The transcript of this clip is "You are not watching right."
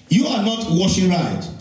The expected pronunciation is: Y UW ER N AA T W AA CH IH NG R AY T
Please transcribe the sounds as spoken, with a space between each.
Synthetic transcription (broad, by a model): Y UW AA N AA T W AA SH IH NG R AY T